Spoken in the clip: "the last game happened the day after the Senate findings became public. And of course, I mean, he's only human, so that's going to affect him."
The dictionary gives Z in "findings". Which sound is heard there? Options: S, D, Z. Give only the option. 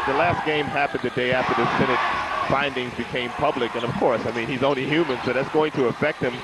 Z